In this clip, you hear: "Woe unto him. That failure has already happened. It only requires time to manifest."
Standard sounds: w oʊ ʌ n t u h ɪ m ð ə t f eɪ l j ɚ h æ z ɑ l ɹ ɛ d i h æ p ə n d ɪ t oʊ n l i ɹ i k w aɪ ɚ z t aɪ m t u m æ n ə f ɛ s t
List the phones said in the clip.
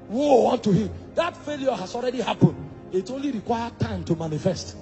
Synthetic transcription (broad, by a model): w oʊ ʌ n t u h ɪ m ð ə t f eɪ l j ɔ h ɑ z ɑ l ɹ ɛ d i h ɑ p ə n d ɪ t oʊ n l i ɹ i k w aɪ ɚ t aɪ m t u m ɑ n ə f ɛ s t